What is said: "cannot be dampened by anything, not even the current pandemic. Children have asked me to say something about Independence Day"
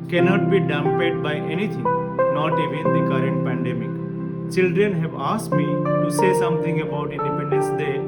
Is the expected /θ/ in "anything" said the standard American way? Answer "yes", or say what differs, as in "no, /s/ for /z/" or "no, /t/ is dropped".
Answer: no, /t/ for /θ/